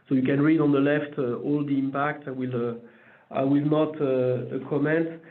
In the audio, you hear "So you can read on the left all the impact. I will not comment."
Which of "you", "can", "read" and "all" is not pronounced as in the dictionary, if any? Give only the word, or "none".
none